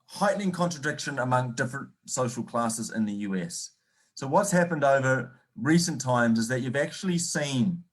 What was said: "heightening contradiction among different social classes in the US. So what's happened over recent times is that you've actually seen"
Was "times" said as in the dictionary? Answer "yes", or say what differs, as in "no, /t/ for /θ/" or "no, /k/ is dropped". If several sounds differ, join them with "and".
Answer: yes